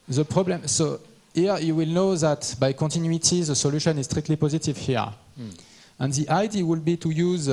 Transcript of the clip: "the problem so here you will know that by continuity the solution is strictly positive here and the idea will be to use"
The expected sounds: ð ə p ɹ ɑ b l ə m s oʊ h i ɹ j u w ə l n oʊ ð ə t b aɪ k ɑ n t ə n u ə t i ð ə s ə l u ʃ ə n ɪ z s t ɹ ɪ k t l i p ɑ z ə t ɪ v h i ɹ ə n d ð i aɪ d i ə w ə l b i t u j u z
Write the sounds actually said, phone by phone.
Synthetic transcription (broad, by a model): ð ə p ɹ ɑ b l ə m s oʊ h i ɹ j u w ə l n oʊ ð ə t b aɪ k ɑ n t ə n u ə t i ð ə s ə l u ʃ ə n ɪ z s t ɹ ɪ k t l i p ɑ z ə t ɪ v h i ɹ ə n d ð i aɪ d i w ə l b i t u j u z